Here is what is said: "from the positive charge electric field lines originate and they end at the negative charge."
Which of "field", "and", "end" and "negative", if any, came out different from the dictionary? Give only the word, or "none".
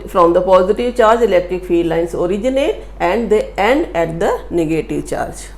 field